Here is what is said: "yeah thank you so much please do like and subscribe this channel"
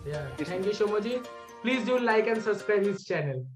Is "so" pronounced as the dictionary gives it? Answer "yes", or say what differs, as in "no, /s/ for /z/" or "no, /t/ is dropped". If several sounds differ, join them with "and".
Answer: no, /ʃ/ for /s/